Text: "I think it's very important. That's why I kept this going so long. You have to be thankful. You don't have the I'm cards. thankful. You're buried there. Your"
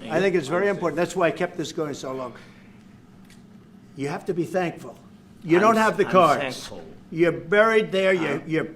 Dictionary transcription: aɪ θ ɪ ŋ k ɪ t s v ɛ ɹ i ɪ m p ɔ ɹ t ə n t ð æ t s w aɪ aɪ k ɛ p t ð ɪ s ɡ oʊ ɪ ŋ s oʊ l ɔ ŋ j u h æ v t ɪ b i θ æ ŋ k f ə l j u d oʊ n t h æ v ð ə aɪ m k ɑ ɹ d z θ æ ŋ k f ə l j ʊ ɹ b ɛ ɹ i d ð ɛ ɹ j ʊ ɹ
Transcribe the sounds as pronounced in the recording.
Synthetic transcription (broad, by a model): aɪ θ ɪ ŋ k ɪ t s v ɛ ɹ i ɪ m p ɔ ɹ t n ð æ t s w aɪ aɪ k ɛ p t ð ɪ s ɡ oʊ ɪ ŋ s oʊ l ɔ ŋ j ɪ h æ f t ɪ b i θ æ ŋ k f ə l j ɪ d oʊ n t h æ v ð ə k ɑ ɹ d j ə ɹ b ɛ ɹ i d ð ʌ ɹ j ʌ ɹ